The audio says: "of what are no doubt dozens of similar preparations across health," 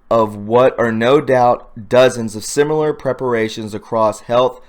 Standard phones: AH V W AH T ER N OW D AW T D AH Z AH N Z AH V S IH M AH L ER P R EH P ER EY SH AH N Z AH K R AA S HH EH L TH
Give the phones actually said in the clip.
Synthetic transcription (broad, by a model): AH V W AH T ER N OW D AW T D AH Z AH N Z AH V S IH M L ER P R EH P ER EY SH AH N Z AH K R AA S HH EH L TH